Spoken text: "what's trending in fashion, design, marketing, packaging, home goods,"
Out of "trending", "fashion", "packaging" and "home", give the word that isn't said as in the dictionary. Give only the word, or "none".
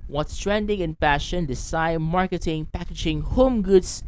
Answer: fashion